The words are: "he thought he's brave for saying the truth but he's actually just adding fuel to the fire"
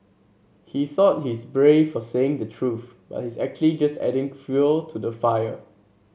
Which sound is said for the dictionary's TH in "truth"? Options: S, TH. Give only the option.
TH